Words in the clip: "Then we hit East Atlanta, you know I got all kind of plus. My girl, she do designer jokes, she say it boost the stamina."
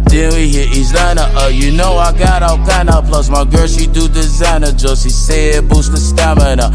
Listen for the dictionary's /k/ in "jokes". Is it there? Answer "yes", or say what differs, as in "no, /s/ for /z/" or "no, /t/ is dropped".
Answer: no, /k/ is dropped